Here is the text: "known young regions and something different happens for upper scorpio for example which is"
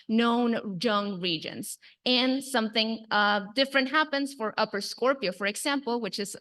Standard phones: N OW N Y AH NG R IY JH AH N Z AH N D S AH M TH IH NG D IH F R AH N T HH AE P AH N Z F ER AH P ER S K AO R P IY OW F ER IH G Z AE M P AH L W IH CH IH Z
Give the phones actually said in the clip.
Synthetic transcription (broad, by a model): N OW N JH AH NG R IY JH AH N Z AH N S AH M TH IH NG D IH F R AH N T HH AE P AH N Z F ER AH P ER S K AO R P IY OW F ER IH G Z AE M P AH L W IH CH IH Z